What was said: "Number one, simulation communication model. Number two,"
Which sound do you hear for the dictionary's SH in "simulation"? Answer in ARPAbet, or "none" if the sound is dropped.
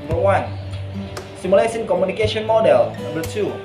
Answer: S